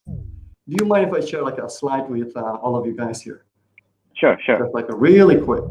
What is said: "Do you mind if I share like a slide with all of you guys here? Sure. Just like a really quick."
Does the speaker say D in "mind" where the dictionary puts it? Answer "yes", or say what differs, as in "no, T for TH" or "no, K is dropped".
no, D is dropped